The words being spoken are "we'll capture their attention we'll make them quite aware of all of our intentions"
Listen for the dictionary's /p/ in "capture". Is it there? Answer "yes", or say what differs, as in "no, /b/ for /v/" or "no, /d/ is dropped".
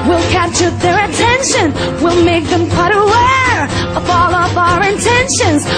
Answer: no, /p/ is dropped